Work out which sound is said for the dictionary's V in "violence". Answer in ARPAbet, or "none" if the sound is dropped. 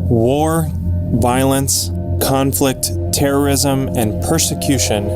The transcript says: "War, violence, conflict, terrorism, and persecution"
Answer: V